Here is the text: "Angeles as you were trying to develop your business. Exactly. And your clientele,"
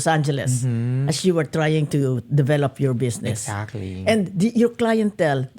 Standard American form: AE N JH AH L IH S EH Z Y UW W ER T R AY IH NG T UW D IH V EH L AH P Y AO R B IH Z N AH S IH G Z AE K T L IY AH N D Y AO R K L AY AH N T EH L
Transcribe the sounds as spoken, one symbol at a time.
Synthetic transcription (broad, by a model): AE N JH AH L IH S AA S Y UW W ER T R AY IH NG T UW D IH V EH L AH P Y AO R B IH S N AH S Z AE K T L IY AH N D Y AO R K L AY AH N T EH L